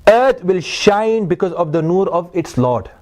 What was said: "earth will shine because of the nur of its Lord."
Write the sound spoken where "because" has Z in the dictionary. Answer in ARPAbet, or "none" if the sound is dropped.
Z